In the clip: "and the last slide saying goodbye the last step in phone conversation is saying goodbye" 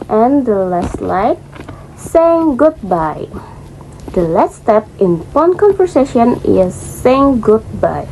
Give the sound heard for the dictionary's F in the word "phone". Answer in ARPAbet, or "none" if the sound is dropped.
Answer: P